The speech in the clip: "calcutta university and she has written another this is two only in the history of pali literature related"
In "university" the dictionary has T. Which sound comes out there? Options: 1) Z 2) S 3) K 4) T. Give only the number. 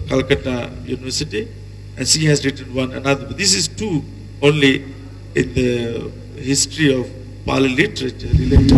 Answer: 4